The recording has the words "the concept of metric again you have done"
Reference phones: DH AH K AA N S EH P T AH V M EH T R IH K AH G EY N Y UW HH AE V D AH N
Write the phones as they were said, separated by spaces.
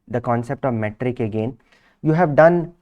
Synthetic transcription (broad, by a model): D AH K AA N S EH P T AH V M EH T R IH K AH G EY N Y UW HH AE V D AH N